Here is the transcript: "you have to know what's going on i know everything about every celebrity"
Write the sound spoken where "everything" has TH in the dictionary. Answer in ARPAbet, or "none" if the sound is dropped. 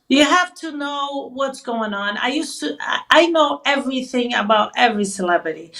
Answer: TH